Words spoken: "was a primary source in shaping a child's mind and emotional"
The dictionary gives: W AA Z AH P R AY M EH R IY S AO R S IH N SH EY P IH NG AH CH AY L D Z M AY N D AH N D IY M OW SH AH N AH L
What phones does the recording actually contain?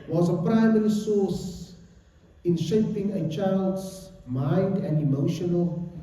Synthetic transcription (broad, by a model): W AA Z AH P R AY M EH R IY S AO S IH N SH EY P IH NG AH CH AY L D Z M AY N D AH N D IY M OW SH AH N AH L